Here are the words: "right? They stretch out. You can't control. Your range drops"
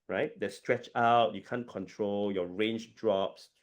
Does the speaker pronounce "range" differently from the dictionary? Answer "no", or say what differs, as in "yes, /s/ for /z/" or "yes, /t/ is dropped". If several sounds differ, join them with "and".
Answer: no